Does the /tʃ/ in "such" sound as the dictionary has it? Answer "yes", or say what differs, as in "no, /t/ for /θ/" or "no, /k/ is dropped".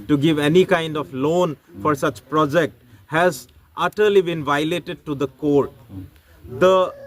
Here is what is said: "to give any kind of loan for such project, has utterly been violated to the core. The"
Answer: yes